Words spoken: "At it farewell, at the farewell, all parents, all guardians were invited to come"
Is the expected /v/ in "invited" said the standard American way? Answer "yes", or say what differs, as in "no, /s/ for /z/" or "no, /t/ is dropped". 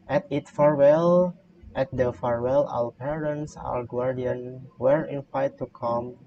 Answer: no, /f/ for /v/